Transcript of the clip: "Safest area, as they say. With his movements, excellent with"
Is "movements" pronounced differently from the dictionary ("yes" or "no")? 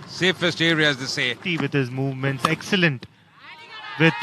no